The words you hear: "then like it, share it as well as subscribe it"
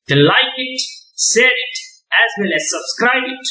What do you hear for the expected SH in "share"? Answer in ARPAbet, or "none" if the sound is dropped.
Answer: S